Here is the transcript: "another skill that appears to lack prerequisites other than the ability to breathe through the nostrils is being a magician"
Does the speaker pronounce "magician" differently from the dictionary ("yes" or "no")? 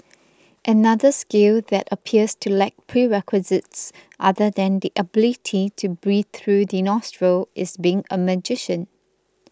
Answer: no